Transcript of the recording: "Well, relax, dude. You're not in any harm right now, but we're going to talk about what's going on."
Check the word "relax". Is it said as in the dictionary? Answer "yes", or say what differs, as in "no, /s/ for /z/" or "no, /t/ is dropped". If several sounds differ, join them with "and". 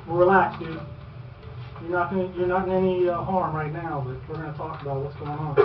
yes